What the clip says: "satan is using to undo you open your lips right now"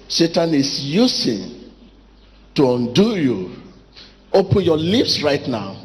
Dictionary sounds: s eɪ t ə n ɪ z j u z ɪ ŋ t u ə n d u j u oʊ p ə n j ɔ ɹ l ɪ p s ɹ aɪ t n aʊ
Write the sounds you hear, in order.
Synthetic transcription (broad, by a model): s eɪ t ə n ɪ s j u s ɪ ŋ t u ə n d u j u oʊ p ə n j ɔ l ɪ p s ɹ aɪ t n aʊ